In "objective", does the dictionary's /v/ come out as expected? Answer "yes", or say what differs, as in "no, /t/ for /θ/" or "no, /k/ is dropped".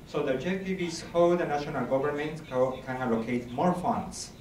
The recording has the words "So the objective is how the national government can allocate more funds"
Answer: no, /b/ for /v/